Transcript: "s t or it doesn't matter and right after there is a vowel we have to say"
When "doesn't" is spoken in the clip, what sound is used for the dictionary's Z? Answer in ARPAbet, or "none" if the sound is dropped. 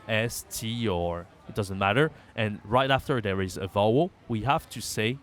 Z